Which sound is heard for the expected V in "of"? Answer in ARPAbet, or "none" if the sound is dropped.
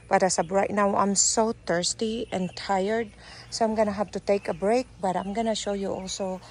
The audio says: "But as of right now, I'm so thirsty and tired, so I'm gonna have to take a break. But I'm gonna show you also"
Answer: P